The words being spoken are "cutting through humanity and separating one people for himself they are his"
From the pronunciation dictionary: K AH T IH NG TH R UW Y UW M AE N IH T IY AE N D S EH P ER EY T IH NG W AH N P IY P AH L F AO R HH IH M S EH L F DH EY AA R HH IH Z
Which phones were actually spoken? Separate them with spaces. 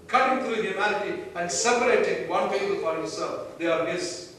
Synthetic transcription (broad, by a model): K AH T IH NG T R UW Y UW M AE L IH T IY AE N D S EH P ER EY T IH NG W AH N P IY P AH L F AO R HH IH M S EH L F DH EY AA R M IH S